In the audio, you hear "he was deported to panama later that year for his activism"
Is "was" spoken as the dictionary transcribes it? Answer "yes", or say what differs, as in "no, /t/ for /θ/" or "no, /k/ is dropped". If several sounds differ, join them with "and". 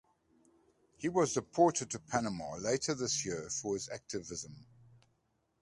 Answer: yes